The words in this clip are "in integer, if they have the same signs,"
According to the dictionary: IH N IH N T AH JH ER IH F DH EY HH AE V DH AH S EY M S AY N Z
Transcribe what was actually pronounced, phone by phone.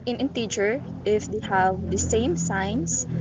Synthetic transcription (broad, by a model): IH N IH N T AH CH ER IH F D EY HH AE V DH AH S EY M S AY N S